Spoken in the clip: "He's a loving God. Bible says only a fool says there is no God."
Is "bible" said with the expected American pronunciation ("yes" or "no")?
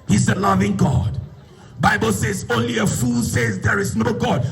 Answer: yes